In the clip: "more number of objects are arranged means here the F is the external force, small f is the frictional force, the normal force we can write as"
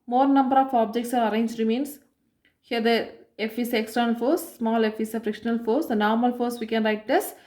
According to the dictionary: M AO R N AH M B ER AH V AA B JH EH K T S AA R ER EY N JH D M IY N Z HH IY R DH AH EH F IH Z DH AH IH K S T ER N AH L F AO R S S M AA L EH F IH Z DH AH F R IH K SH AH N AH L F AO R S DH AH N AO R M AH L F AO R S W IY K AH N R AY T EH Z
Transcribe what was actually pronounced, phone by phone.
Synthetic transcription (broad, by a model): M AO R N AH M B ER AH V AA B JH EH K T S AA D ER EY N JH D M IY N S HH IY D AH EH F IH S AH K S T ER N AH L F AO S S M AA L EH F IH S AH F R IH K SH AH N AH L F AO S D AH N AO R M AH L F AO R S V IY K AH N R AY T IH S